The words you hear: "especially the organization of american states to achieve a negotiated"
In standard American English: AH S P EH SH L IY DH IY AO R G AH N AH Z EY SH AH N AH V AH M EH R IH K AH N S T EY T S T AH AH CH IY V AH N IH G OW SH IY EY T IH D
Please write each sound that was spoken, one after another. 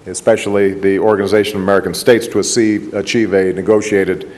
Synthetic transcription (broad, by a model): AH S P EH SH L IY DH IY AO R G AH N AH Z EY SH AH N AH V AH M EH R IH K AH N S T EY T S T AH AH CH IY V AH N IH G OW SH IY EY T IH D